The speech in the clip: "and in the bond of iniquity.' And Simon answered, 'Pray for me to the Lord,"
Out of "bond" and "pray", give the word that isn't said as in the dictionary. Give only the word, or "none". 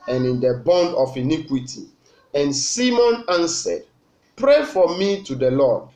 none